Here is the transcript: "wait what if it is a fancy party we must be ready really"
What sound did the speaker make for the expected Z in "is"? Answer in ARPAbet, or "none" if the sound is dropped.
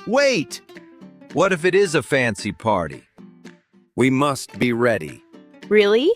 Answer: Z